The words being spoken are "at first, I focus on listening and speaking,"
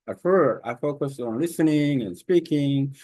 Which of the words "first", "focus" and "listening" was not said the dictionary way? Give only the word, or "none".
first